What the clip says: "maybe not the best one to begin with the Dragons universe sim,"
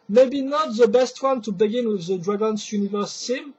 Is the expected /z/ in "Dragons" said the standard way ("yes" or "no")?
no